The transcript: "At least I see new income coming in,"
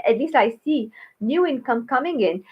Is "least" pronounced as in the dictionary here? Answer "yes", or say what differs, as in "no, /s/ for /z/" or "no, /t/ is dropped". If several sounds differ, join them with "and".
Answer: no, /t/ is dropped